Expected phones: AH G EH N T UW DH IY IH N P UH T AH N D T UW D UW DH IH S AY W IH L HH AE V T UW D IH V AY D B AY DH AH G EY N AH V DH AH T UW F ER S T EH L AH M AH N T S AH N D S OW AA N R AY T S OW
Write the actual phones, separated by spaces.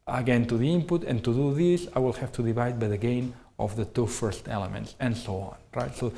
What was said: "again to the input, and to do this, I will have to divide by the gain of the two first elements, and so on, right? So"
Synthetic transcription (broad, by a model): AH G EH N T UW DH IY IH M P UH T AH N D T UW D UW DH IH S AY W IH L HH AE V T UW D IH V AY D B AY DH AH G EY N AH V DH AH T UW F ER S T EH L AH M AH N T S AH N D S OW AA N R AY T S OW